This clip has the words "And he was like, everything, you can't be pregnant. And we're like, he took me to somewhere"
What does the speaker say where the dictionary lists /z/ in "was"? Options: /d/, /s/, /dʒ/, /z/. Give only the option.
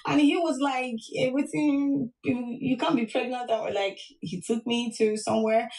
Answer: /z/